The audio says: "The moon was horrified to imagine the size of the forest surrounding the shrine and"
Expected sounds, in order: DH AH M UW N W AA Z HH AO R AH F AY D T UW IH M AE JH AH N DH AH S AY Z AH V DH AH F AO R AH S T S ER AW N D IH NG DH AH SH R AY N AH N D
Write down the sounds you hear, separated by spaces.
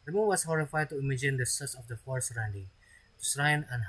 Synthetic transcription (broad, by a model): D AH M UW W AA S HH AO R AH F AY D T UW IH M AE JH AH N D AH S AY S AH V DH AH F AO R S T S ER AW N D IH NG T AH S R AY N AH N